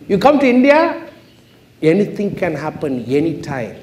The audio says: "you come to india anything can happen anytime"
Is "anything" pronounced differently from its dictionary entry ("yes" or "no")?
yes